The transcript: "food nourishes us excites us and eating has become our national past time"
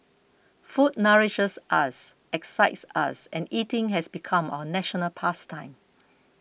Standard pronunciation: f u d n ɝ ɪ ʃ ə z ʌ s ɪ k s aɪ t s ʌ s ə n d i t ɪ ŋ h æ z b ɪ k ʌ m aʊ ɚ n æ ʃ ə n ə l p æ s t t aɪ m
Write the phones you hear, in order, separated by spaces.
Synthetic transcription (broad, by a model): f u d n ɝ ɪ ʃ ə s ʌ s ɪ k s aɪ t s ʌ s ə n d i t ɪ ŋ h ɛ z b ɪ k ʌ m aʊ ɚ n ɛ ʃ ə n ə l p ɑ s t t aɪ m